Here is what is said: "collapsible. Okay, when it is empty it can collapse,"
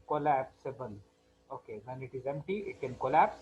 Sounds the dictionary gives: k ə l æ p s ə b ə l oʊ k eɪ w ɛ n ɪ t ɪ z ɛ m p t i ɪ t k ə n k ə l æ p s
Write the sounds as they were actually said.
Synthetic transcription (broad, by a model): k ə l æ p s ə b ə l oʊ k eɪ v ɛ n ɪ t ɪ z ɛ m p t i ɪ t k ə n k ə l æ p s